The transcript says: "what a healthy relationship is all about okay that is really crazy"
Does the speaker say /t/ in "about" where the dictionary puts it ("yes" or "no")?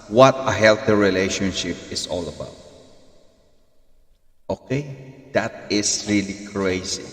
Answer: yes